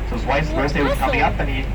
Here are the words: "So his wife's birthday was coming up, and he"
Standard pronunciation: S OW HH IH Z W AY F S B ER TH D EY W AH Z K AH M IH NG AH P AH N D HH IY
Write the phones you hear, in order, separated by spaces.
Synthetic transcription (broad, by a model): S OW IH S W AY S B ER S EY W AH Z K AH M IH NG AH P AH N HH IY